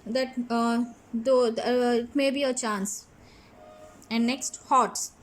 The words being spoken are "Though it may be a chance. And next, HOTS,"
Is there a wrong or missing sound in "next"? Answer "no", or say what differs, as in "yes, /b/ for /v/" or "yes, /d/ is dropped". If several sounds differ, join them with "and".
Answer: no